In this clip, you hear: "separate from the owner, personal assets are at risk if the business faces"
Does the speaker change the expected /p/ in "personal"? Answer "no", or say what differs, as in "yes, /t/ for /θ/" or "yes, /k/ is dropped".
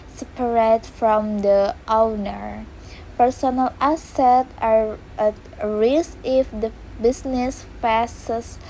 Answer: no